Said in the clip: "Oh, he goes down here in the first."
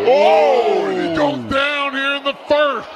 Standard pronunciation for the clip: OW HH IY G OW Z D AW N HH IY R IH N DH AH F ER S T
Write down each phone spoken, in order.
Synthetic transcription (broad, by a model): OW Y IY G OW D AW N HH IY R IH N DH AH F ER S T